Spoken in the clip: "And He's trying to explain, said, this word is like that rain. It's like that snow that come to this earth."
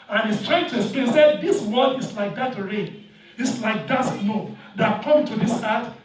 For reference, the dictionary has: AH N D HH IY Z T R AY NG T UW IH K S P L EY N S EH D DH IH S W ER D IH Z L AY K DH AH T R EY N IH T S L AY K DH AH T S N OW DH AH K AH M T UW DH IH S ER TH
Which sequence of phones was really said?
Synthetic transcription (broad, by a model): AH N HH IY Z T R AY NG T UW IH S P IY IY S EH D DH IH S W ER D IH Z L AY K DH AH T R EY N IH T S L AY K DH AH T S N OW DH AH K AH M T UW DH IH S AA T